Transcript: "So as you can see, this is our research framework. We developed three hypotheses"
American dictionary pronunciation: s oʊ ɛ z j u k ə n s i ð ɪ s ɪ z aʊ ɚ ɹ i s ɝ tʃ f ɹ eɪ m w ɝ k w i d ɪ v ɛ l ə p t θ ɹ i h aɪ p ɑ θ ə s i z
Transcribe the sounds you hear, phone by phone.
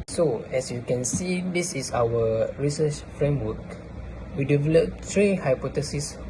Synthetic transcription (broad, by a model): s oʊ ɛ s j u k ə n s i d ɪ s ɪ s aʊ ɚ ɹ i s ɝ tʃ f ɹ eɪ m w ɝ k w i d ɪ v ɛ l ə p t ɹ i h aɪ p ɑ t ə s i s